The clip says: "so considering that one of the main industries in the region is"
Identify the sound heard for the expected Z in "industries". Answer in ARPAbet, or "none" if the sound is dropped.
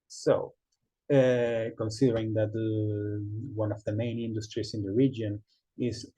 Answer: S